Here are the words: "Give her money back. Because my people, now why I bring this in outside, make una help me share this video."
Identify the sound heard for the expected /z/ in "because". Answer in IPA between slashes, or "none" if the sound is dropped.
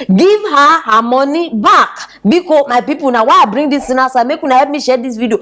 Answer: none